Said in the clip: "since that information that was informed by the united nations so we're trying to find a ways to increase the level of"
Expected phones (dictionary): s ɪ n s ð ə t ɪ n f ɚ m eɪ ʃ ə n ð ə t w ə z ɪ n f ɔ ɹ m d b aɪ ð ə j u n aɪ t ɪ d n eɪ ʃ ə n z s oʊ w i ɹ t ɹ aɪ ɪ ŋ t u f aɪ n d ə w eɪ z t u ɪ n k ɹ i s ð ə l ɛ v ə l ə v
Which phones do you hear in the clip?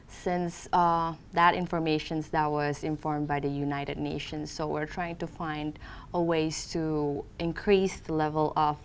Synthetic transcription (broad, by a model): s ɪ n s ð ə t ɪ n f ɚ m eɪ ʃ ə n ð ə t w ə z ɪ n f ɔ ɹ m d b aɪ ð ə j u n aɪ t ɪ d n eɪ ʃ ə n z s oʊ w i ɹ t ɹ aɪ ɪ ŋ t u f aɪ n d ə w eɪ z t u ɪ n k ɹ i s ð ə l ɛ v ə l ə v